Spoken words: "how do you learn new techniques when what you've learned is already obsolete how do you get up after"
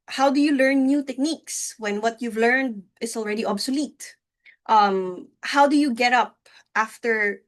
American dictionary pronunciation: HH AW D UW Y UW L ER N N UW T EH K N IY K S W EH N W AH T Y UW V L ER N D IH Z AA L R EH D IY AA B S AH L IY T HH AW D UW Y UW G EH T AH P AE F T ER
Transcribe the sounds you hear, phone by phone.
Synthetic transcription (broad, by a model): HH AW D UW Y UW L ER N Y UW T EH K N IY K S W EH N W AH T Y UW V L ER N D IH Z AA L R EH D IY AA B S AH L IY T HH AW D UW Y UW G EH T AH P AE F T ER